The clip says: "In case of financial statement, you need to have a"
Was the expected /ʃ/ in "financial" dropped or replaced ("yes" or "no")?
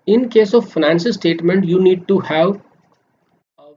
yes